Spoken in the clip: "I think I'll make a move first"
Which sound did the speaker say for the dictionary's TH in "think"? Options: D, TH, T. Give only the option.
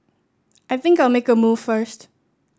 TH